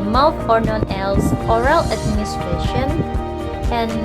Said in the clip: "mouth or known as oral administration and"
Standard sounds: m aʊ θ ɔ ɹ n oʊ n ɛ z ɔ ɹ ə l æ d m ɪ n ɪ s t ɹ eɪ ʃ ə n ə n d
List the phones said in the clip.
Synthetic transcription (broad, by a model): m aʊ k ɔ ɹ n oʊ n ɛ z ɔ ɹ ə l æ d m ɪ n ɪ s t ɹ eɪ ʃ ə n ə n